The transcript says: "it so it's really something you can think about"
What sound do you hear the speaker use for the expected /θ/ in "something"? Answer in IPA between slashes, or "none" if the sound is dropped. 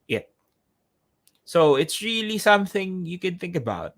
/θ/